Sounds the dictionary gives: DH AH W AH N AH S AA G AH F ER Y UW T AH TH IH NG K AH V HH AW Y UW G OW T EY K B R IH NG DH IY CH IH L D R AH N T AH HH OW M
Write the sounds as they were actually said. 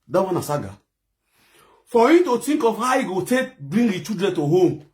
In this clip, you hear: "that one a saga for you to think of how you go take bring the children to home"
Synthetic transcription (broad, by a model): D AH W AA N AH S AA G AH F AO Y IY T AH T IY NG K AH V HH AW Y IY G OW T EY K B R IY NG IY CH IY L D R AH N T AH HH OW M